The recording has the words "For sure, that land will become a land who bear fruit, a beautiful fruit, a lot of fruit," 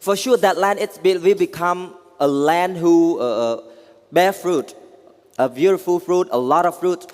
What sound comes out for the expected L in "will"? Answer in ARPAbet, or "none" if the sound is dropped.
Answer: W